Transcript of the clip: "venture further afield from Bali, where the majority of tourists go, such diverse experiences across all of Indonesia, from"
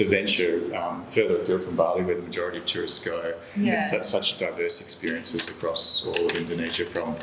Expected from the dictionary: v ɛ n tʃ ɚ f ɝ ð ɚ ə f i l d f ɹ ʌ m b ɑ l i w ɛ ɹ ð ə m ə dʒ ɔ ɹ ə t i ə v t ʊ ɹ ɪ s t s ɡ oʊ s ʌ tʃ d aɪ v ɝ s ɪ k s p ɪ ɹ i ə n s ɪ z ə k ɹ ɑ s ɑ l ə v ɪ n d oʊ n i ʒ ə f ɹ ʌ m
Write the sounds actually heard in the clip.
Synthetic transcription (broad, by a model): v ɛ n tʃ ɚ f ɝ ð ɚ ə p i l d f ɹ ʌ m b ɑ l i w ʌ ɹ ð ə m ə dʒ ɔ ɹ ə t i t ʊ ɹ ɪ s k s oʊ s ʌ tʃ d aɪ v ɝ s ɪ k s p ɪ ɹ i ə n s ɪ z ə k ɹ ɑ s ɑ l ə v ɪ n d oʊ n i ʒ ə f ɹ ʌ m